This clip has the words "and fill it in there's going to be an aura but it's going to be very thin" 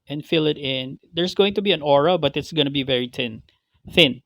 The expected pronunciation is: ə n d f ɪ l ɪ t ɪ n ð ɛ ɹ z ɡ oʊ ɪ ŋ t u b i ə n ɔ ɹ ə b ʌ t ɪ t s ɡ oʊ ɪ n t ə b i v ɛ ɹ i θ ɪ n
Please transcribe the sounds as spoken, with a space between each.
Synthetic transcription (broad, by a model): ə n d f ɪ l ɪ t ɪ n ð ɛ ɹ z ɡ oʊ ɪ ŋ t u b i ə n ɔ ɹ ə b ʌ t ɪ t s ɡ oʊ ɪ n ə b i v ɛ ɹ i θ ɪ n